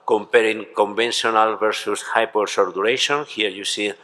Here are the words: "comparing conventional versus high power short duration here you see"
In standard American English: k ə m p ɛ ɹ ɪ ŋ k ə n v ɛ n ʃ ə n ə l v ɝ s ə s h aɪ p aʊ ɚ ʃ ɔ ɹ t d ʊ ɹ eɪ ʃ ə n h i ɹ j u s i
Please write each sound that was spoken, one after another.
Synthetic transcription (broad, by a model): k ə m p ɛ ɹ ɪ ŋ k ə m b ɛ n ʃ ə n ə l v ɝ s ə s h aɪ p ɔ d s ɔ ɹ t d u ɹ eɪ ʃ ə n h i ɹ j u s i